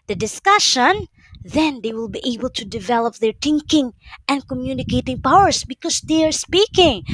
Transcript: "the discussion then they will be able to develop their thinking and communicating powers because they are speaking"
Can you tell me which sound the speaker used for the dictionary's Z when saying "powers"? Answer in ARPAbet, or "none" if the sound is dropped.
S